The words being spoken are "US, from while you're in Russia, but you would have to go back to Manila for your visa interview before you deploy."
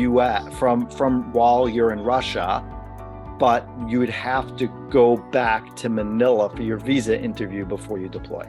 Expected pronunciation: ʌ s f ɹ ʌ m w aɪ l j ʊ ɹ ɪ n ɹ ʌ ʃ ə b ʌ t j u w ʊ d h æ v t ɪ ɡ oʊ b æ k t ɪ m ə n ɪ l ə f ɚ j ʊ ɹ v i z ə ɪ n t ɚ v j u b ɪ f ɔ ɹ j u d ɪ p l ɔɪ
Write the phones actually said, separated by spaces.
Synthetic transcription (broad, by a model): ʌ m f ɹ ʌ m w aɪ l j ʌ ɹ ɪ n ɹ ʌ ʃ ə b ʌ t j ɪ w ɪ d h æ f t ɪ ɡ oʊ b æ k t ɪ m ə n ɪ l ə f ɚ j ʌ ɹ v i z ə ɪ n t ɚ v j u b ɪ f ɔ ɹ j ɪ d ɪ p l ɔɪ